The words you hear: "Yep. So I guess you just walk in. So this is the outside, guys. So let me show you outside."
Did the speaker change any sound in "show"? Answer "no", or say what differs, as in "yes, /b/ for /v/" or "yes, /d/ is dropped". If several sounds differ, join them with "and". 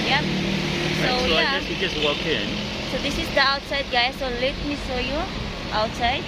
yes, /s/ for /ʃ/